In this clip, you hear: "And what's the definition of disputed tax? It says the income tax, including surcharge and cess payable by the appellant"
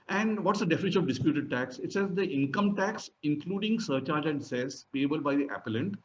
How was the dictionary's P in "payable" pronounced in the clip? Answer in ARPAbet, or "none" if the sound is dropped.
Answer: B